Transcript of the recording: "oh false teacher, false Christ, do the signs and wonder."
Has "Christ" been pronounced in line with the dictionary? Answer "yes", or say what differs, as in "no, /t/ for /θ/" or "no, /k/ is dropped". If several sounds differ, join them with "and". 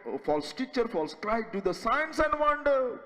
no, /s/ is dropped